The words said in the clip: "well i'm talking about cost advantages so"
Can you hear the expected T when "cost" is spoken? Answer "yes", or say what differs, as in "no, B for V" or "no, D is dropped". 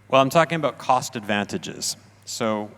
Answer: yes